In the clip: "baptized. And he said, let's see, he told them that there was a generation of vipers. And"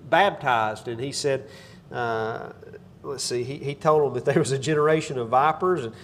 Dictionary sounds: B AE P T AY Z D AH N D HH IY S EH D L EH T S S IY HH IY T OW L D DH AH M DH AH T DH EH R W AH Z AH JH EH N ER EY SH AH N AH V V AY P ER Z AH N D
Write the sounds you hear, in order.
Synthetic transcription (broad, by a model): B AE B T AY Z D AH N IY S EH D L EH T S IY IY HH IY T OW L D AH M DH AH T DH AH R W AH Z AH JH EH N ER EY SH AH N AH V V AY P ER Z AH N